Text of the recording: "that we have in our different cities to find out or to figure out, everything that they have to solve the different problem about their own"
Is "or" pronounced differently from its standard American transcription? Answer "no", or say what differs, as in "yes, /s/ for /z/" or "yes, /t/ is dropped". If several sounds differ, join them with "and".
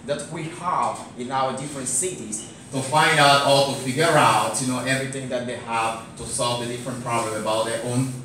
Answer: yes, /l/ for /ɹ/